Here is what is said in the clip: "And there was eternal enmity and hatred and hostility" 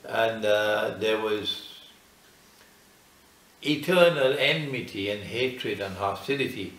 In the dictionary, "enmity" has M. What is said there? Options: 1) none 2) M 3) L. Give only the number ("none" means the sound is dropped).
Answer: 2